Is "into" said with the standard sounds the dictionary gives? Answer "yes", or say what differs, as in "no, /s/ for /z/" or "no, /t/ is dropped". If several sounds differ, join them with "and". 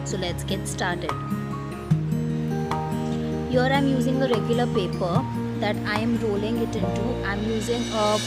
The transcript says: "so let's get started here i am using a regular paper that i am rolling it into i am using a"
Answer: yes